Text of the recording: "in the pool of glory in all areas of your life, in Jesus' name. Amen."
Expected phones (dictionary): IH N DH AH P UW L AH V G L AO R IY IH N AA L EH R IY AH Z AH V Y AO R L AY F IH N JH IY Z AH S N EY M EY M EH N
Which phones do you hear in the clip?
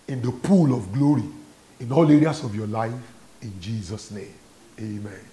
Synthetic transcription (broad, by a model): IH N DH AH P UW L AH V G L AO R IY IH N AA L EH R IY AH S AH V Y AO L AY F IH N JH IY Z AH S N EY M EY M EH N